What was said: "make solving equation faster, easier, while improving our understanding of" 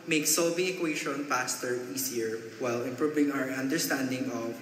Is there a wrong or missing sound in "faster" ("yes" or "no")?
yes